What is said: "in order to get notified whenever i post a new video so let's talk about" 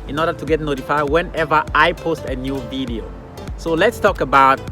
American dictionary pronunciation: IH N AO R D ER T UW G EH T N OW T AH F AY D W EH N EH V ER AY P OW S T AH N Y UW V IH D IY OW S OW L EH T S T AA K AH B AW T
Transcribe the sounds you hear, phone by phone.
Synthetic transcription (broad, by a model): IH N AO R D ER T UW G EH T N OW T AH F AY D W EH N EH V ER AY P OW S T AH N Y UW V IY D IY OW S OW L EH T S T AA K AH B AW T